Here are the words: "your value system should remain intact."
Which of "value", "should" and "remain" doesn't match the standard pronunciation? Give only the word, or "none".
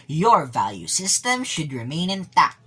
none